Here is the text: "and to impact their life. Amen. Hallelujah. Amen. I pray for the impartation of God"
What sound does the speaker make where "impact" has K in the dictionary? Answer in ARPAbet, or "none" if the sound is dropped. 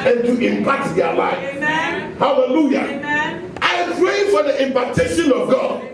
none